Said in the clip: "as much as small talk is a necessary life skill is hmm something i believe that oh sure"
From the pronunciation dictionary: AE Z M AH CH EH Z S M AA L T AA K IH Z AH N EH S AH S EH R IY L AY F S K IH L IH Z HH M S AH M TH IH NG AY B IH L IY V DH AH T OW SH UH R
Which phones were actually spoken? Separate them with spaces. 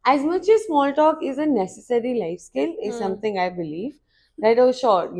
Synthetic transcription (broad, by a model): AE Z M AH CH EH Z S M AA L T AA K IH Z AH N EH S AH S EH R IY L AY F S K IH L IH Z S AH M T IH NG AY B IH L IY V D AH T OW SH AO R